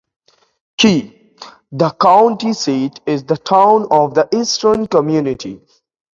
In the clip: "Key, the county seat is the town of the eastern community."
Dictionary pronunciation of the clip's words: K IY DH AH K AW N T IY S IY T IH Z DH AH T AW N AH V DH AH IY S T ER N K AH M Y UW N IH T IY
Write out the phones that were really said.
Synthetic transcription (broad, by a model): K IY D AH K AW N T IY S IY T IH Z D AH T AW N AH V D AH IY S T ER N K AH M Y UW N IH T IY